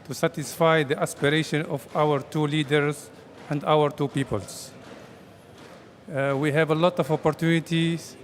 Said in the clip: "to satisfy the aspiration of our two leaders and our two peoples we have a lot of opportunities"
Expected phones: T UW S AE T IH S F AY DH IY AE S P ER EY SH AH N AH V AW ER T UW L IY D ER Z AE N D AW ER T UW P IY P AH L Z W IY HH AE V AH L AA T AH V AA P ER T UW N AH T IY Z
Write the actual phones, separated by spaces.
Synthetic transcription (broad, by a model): T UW S AE T IH S F AY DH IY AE S P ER EY SH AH N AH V AW ER T UW L IY D ER Z AE N D AW ER T UW P IY P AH L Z W IY HH AE V AH L AA T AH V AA P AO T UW N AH T IY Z